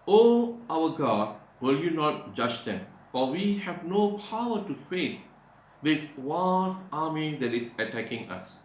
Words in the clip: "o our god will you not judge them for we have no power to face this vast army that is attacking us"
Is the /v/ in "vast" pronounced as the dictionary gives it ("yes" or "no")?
no